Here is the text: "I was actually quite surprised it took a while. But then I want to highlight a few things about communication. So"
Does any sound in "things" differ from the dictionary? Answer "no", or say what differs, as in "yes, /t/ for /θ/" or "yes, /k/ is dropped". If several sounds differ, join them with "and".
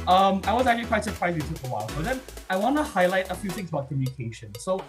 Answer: no